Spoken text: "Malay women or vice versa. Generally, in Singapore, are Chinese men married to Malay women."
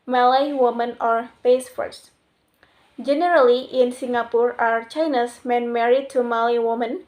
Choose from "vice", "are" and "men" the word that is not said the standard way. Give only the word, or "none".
vice